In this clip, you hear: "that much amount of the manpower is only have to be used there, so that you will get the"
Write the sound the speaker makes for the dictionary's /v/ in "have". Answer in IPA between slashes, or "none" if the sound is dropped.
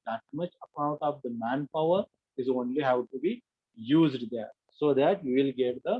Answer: /w/